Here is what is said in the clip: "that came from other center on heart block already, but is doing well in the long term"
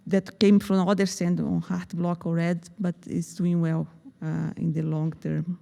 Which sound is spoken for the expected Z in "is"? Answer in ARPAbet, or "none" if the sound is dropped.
S